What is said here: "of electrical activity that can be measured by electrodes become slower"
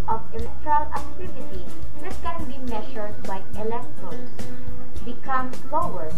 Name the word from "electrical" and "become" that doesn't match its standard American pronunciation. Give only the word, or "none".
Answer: electrical